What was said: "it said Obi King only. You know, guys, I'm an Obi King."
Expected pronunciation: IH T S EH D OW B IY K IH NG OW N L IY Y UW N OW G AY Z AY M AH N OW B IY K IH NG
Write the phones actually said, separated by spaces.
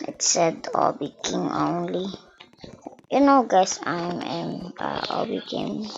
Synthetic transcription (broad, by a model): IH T S EH D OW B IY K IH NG OW N L IY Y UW N OW G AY S AY M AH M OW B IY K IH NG